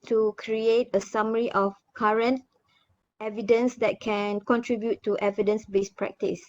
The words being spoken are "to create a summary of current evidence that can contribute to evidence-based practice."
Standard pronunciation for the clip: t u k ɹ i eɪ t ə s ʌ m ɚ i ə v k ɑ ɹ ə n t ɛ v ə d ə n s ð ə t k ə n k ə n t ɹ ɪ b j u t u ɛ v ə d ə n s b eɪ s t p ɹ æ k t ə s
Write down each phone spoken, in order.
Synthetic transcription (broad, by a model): t u k ɹ i eɪ t ə s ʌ m ɚ i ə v k ɑ ɹ ə n t ɛ v ə d ə n s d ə t k ə n k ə n t ɹ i b j u t u ɛ v ə d ə n s b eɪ s p ɹ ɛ k t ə s